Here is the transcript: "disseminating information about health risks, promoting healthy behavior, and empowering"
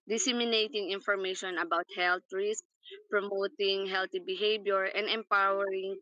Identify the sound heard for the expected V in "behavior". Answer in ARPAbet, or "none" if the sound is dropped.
B